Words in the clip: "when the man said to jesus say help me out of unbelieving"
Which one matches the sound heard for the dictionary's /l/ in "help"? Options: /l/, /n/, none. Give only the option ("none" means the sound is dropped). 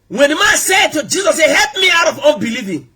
/l/